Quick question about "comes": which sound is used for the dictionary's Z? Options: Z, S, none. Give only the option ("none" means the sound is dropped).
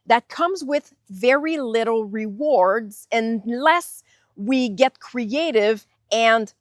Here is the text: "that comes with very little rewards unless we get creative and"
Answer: Z